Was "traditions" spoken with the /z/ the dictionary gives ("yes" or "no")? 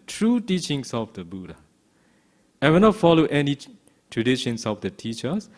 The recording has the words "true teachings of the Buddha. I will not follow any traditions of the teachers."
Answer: no